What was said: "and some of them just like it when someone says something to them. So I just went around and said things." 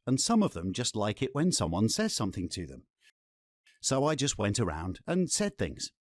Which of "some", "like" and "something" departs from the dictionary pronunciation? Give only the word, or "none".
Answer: none